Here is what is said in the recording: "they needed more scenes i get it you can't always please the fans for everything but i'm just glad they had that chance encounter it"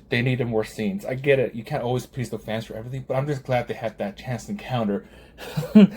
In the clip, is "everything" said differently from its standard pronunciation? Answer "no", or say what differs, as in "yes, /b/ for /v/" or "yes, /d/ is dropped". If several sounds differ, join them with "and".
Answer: no